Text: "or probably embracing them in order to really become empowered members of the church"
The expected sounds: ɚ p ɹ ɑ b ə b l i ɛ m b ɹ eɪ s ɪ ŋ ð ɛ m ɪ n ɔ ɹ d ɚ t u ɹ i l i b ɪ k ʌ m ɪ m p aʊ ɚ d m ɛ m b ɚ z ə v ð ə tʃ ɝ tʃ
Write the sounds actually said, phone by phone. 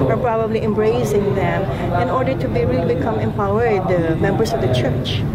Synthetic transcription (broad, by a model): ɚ p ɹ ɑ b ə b l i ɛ m b ɹ eɪ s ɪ ŋ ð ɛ m ɪ n ɔ ɹ d ɚ t u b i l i b ɪ k ʌ m ɪ m p aʊ ɚ d m ɛ m b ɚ s ə v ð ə tʃ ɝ tʃ